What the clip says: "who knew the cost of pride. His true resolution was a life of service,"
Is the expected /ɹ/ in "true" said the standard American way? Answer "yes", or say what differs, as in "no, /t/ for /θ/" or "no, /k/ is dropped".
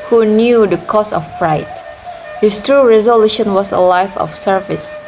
yes